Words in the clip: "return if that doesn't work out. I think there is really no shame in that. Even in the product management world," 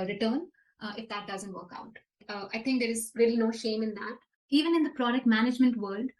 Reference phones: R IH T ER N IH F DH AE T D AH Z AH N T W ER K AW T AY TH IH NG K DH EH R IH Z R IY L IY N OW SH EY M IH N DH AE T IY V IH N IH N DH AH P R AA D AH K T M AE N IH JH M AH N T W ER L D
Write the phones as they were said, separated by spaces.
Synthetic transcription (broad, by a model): R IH T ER N IH F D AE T D AH Z AH N T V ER K AW T AY T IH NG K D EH R IH Z R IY L IY N OW SH EY M IH N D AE T IY V IH N IH N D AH P R AA D AH K T M AE N IH JH M AH N T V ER L D